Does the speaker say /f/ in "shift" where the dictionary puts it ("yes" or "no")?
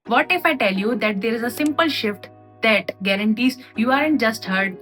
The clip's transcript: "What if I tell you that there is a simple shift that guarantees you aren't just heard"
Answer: yes